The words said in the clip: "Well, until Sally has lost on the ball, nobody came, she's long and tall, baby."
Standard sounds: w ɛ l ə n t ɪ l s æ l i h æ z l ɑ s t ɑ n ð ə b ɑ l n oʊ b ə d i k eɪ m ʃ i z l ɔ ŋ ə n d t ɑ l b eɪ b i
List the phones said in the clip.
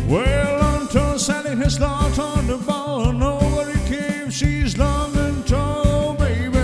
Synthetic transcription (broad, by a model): w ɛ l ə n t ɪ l s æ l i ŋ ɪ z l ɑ t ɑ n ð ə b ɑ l n oʊ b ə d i k eɪ m ʃ i z l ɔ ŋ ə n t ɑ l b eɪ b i